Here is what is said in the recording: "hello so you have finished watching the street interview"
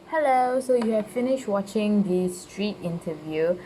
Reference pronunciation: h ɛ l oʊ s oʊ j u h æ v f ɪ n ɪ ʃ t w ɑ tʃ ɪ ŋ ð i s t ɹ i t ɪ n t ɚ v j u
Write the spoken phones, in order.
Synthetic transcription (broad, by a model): h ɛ l oʊ s oʊ j u h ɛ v f ɪ n ɪ ʃ t w ɑ tʃ ɪ ŋ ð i s t ɹ i t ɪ n t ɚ v j u